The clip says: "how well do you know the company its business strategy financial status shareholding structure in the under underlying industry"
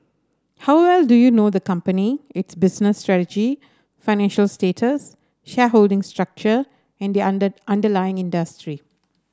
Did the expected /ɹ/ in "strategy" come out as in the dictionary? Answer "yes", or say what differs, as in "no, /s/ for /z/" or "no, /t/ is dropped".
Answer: yes